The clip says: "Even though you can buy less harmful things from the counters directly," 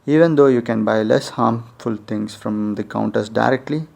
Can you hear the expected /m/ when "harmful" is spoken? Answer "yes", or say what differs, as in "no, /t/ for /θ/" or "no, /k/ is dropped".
yes